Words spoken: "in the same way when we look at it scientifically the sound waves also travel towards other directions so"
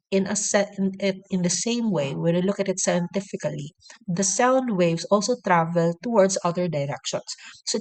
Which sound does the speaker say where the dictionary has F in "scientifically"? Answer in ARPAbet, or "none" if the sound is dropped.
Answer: F